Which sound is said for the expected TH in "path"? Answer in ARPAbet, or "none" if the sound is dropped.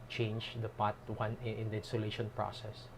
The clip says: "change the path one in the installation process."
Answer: T